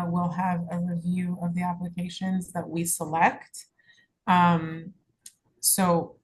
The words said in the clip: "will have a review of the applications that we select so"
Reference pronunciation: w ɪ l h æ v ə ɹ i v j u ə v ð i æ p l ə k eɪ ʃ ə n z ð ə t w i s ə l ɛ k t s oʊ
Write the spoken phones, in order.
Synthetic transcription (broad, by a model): w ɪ l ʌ v ə ɹ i v j u ə v ð i æ p l ə k eɪ ʃ ə n z ð ə t w i s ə l ɛ k t s oʊ